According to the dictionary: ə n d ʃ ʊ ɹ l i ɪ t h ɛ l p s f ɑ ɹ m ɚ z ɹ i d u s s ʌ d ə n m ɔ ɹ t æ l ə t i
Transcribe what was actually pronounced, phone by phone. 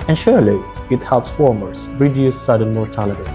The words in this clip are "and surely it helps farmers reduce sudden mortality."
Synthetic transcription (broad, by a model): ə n ʃ ʊ ɹ l i ɪ t h ɛ l p s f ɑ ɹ m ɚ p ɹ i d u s s ʌ d ə n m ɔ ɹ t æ l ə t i